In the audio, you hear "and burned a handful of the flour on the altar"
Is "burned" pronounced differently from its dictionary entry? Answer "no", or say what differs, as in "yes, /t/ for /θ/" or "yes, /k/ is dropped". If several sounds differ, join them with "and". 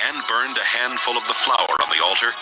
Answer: no